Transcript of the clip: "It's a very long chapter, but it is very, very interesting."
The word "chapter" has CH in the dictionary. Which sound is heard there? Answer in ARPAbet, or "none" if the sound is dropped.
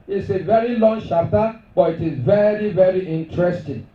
SH